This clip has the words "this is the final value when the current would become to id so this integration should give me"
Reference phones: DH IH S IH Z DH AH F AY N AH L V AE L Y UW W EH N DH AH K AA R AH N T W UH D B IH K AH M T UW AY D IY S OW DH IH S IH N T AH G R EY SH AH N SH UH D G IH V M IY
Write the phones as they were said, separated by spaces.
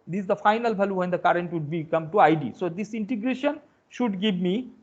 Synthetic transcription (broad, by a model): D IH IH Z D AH F AY N AH L B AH L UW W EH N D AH K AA R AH N T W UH D B IH K AH M T UW AY D IY S OW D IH S IH N T AH G R EY SH AH N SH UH D G IH V M IY